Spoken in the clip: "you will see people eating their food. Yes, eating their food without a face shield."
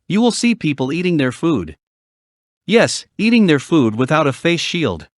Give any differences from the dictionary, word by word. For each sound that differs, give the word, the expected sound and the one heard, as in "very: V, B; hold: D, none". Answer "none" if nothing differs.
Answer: none